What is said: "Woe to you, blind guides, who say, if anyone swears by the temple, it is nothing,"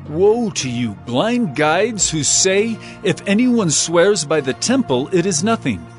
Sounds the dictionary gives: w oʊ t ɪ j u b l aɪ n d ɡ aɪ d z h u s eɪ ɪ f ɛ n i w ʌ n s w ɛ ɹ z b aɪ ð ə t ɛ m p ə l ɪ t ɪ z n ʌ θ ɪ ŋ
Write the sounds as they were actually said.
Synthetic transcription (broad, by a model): w oʊ t ɪ j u b l aɪ n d ɡ aɪ d z h u s eɪ ɪ f ɛ n i w ʌ n s w ɛ ɹ z b aɪ ð ə t ɛ m p ə l ɪ t ɪ z n ʌ θ ɪ ŋ